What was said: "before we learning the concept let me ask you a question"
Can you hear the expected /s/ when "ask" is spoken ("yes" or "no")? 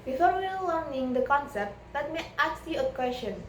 no